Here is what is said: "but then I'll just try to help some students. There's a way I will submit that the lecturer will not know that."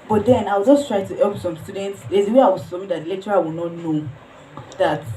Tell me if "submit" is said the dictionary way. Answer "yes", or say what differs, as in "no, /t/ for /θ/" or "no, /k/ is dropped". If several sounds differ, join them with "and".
no, /b/ is dropped